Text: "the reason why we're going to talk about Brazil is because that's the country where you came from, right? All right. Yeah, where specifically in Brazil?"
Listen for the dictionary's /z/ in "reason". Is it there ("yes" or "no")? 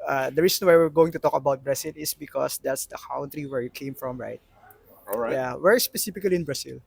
no